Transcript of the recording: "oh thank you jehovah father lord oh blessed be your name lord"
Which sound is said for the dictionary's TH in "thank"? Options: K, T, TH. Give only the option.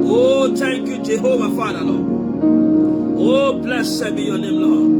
T